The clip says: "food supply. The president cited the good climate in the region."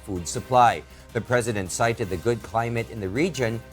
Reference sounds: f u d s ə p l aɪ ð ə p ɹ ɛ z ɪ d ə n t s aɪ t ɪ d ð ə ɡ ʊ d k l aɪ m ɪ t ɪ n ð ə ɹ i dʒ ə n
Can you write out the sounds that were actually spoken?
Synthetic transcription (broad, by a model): f u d s ə p l aɪ ð ə p ɹ ɛ z ɪ d ə n t s aɪ t ɪ d ð ə ɡ ʊ d k l aɪ m ɪ t ɪ n ð ə ɹ i dʒ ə n